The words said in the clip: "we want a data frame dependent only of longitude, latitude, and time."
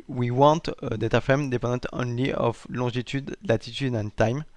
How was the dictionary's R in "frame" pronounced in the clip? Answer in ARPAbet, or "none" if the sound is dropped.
none